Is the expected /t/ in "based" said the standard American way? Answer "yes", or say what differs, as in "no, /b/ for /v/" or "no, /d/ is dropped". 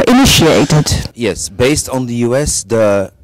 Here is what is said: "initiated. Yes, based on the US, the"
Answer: yes